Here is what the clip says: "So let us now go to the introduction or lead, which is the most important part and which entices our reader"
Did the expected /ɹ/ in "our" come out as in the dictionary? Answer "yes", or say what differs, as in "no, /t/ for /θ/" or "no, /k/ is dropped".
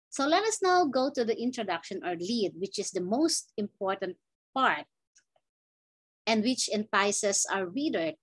yes